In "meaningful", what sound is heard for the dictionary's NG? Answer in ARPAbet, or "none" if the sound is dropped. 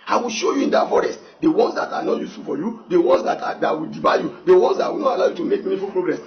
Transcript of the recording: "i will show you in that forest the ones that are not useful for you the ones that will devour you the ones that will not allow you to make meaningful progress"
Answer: none